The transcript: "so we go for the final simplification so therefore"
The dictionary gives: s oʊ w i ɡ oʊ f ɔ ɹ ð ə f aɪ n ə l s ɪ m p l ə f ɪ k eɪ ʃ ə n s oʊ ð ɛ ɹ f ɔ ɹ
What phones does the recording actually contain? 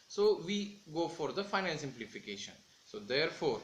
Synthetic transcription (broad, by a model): s oʊ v i ɡ oʊ f ɔ ɹ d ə f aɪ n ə n s ɪ m p l ə f ɪ k eɪ ʃ ə n s oʊ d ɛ ɹ f ɔ ɹ